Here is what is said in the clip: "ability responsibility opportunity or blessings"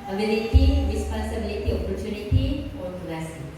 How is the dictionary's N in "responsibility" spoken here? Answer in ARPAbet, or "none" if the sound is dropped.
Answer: none